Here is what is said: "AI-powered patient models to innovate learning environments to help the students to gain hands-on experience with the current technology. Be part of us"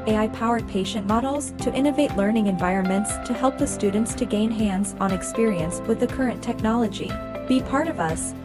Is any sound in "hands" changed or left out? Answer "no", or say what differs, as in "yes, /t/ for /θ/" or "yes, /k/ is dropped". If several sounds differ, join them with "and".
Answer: no